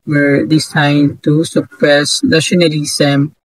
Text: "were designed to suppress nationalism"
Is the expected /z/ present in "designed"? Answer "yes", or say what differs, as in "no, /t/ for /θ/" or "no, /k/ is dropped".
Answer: no, /s/ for /z/